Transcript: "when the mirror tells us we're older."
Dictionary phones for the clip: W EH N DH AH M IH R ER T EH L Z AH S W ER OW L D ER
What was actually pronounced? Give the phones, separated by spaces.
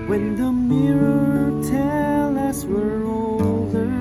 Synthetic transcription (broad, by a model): W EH N DH AH M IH R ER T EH L AH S W ER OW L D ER